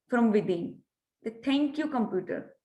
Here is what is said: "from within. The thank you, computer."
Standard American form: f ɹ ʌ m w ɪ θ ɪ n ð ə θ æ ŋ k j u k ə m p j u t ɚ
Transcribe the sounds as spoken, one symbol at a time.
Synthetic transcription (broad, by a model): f ɹ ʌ m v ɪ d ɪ n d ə t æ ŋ k j u k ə m p j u t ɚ